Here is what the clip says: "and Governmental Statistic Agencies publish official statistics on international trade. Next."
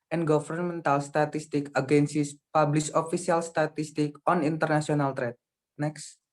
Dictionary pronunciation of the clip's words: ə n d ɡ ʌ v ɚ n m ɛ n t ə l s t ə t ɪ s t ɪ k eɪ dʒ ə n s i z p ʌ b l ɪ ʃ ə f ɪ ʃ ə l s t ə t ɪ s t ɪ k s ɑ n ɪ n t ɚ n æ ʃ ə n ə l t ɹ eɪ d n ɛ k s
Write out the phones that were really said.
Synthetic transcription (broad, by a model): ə n ɡ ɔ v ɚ n m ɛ n t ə l s t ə t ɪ s t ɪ k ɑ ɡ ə n s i s p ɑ b l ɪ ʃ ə f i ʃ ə l s t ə t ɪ s t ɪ k ɑ n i n t ɚ n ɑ s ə n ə l t ɹ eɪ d n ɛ k s